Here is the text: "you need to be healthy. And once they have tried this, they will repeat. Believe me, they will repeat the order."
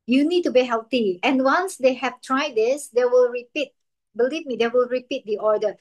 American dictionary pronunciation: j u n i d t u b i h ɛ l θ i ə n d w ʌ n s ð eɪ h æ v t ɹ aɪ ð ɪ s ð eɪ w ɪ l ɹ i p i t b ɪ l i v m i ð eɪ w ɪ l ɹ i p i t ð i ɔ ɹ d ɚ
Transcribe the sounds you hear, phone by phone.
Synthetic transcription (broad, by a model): j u n i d t u b i h ɛ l t i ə n w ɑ n s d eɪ h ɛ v t ɹ aɪ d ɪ s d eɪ w ɪ l ɹ i p i t b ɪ l i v m i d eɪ w ɪ l ɹ i p i t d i ɔ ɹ d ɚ